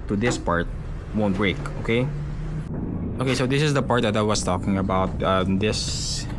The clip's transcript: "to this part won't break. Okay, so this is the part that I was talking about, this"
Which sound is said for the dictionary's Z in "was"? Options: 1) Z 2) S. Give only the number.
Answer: 2